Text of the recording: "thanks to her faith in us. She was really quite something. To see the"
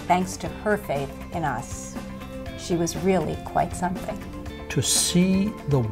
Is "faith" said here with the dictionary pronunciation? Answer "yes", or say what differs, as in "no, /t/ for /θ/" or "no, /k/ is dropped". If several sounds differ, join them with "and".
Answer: yes